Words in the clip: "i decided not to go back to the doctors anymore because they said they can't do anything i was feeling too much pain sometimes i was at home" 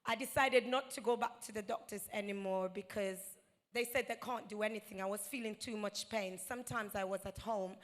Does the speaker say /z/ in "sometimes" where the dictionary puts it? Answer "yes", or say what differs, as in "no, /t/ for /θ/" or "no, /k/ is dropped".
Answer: yes